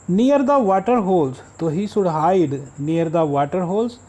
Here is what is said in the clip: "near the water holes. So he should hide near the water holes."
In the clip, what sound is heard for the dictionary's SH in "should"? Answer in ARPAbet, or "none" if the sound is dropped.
S